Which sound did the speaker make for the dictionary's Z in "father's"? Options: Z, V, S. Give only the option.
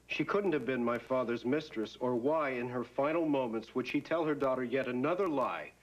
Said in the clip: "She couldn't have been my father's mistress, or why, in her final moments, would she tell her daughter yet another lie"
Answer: Z